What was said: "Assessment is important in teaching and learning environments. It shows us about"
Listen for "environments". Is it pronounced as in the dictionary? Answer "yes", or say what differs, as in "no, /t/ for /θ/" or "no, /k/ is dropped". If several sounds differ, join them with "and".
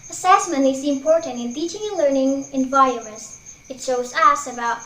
no, /ɹ/ is dropped and /n/ is dropped